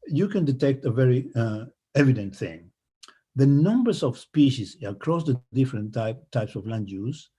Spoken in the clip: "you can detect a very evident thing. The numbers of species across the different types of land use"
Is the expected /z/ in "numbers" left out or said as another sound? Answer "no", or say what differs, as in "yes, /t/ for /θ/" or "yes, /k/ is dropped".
yes, /s/ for /z/